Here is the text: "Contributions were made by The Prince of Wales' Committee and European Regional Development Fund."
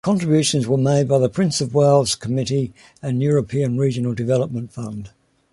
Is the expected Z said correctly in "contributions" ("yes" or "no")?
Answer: yes